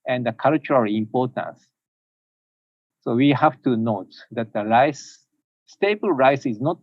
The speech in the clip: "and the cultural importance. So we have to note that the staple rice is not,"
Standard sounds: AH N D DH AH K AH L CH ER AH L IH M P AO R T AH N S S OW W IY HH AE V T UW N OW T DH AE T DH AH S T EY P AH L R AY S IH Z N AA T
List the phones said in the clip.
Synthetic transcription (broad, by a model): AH N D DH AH K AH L CH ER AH L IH M P AO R T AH N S S OW W IY HH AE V T UW N OW T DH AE T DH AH S T EY B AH L R AY S IH Z N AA T